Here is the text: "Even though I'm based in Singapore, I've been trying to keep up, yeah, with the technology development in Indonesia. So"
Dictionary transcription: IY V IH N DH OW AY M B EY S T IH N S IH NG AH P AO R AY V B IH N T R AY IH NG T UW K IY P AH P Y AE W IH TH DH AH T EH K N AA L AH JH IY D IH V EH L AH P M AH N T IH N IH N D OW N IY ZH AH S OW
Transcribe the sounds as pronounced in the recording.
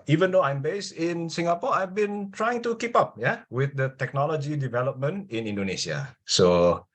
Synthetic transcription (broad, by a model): IY V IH N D OW AY M B EY S T IH N S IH NG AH P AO AY V B IH N T R AY IH NG T UW K IY P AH P Y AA W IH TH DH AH T EH K N AA L AH JH IY D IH V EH L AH P M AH N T IH N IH N D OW N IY S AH S OW